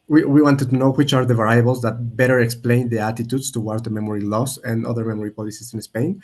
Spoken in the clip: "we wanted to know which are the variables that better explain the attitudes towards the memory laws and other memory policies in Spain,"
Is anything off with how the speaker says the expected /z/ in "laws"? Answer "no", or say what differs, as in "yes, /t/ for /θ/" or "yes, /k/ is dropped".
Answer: yes, /s/ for /z/